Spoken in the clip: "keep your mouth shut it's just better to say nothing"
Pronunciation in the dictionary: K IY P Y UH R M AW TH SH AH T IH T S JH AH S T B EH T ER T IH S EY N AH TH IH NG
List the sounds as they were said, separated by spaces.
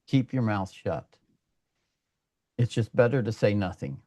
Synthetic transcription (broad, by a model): K IY P Y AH R M AW TH SH AH T IH T S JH AH S B EH T ER T IH S EY N AH TH IH NG